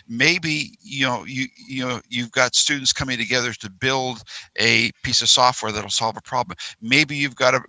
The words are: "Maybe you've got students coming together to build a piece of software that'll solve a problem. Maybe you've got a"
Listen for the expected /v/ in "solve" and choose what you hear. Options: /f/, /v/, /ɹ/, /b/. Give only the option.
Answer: /v/